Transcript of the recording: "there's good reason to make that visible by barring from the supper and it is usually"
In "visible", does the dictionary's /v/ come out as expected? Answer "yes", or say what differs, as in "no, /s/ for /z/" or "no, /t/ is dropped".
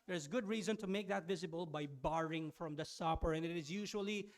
yes